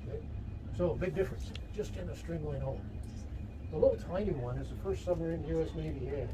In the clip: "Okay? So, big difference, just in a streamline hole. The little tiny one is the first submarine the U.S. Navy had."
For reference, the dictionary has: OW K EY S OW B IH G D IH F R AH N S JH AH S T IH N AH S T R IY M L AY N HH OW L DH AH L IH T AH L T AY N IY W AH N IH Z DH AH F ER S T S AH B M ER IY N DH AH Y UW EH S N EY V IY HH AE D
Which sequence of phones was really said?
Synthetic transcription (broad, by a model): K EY S OW B IH G D IH F R AH N S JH AH S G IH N AH S T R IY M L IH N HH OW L DH AH L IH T L T AY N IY W AH N IH Z DH AH F ER S T S AH M ER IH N Y UW EH S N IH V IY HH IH